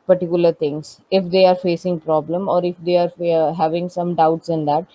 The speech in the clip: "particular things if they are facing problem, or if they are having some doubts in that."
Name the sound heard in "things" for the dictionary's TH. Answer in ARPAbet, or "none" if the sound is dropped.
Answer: T